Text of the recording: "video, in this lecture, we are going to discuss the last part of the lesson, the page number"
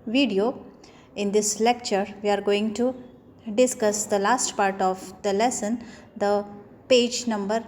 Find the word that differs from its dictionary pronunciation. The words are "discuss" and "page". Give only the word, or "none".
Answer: none